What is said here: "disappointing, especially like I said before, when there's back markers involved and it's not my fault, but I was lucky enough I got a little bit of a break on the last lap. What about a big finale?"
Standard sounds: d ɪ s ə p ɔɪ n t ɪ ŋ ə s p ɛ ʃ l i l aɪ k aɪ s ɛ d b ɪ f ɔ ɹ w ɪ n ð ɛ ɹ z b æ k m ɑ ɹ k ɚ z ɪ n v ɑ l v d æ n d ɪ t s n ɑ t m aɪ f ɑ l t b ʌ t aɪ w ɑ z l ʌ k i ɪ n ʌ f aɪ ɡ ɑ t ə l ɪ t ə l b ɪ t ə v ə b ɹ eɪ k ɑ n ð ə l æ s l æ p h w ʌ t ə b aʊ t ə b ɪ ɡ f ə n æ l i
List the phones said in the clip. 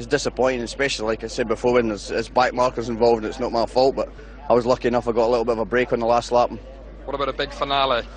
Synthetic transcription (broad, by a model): d ɪ s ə p ɔɪ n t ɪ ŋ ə s p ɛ ʃ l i l aɪ k aɪ s ɛ d b ɪ f ɔ ɹ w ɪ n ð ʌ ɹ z b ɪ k m ɑ ɹ k ɚ z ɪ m v ɑ l v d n ɪ t s n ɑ t m aɪ f ɑ l t b ʌ t aɪ w ɑ z l ʌ k i ɪ n ʌ f aɪ ɡ ɑ t ə l ɪ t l b ɪ t ə v ə b ɹ eɪ k n ð ə l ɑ s l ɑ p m w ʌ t ə b aʊ t ə b ɪ ɡ f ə n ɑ l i